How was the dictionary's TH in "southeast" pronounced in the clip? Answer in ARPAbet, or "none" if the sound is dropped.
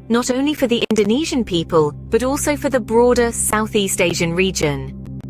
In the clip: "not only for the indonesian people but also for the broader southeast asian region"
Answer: TH